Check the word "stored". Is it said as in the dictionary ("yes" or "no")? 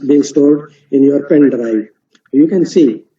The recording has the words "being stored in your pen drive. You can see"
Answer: no